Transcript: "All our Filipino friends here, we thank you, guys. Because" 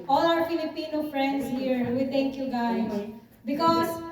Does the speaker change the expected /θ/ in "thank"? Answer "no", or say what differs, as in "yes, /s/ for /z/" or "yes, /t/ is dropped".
yes, /t/ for /θ/